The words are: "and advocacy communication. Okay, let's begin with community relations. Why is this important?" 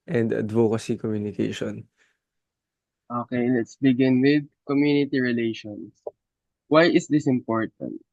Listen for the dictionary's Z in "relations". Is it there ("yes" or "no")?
no